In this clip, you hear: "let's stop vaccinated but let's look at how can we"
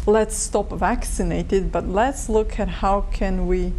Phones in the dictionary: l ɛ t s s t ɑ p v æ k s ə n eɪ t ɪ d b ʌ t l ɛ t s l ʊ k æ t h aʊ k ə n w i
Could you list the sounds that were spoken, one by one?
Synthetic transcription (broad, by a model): l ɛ t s s t ɑ p v æ k s ə n eɪ t ɪ d b ʌ t l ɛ t s l ʊ k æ t h aʊ k ə n w i